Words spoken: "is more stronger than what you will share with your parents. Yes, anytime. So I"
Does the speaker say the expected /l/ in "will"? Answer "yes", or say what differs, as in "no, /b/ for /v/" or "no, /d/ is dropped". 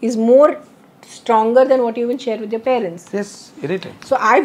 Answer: no, /n/ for /l/